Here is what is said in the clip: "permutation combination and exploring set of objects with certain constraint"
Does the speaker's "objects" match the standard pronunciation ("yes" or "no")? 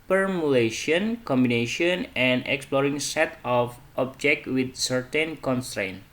no